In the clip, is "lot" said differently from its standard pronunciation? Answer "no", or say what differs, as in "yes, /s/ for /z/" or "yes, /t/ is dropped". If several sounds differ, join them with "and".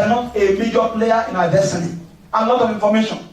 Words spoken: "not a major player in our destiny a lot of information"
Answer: yes, /n/ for /l/